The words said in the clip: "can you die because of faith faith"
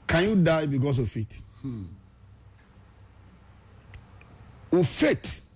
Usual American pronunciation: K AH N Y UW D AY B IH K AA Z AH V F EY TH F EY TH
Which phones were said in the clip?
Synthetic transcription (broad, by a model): K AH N Y UW D AY B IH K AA S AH F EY T F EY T